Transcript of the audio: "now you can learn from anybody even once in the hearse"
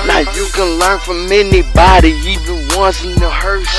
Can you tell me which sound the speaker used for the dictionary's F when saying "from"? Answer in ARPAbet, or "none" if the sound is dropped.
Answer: F